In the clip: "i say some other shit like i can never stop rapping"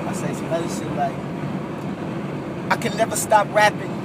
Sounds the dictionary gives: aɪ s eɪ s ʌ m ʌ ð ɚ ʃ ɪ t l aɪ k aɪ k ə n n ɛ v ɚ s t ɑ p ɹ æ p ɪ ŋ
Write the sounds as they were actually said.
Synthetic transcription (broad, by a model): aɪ s eɪ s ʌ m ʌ ɪ s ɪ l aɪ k aɪ k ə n n ɛ v ɚ s t ɑ p ɹ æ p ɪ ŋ